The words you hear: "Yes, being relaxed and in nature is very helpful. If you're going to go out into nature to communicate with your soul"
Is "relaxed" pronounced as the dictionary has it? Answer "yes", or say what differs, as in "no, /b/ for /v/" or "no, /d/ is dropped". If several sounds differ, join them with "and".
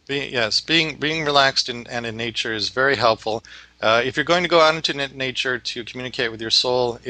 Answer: yes